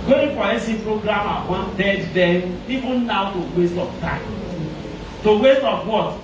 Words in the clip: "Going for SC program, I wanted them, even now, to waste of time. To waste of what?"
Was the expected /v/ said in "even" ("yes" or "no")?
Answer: no